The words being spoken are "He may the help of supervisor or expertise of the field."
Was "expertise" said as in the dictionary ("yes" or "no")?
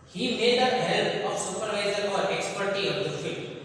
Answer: no